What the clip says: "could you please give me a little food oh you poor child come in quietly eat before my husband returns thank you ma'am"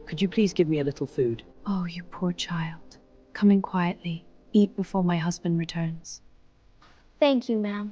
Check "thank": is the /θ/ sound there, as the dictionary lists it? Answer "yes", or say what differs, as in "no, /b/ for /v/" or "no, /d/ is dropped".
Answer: yes